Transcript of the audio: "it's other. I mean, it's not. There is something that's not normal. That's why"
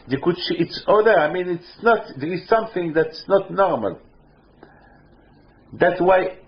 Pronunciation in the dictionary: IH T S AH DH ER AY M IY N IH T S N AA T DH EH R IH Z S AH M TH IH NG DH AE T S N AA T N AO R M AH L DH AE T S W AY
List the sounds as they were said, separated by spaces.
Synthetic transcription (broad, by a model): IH T S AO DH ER AY M IY N IH T S N AA T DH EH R IH Z S AH M TH IH NG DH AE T S N AA T N AO R M AH L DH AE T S W AY